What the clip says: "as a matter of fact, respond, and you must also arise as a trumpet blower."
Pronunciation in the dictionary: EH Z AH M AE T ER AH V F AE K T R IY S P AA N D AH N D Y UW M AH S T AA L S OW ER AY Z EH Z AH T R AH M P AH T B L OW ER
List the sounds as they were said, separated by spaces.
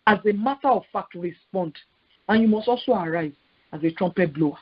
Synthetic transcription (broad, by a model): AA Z AH M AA T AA AH V F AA K T R IY S P AA N D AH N Y UW M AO S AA S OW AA AY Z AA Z AH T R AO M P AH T B L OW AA